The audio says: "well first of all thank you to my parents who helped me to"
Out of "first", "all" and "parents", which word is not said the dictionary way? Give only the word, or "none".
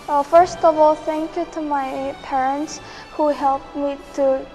none